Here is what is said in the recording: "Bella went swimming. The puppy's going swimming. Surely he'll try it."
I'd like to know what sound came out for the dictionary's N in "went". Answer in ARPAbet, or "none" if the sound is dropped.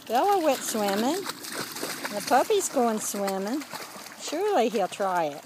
none